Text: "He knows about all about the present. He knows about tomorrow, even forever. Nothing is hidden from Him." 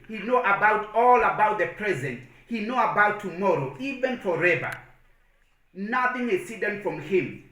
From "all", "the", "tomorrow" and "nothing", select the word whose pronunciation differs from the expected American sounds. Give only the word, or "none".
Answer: none